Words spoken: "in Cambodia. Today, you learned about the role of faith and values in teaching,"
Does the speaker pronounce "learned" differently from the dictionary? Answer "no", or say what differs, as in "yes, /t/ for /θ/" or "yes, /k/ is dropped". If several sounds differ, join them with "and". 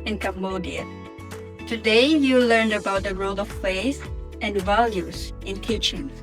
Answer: no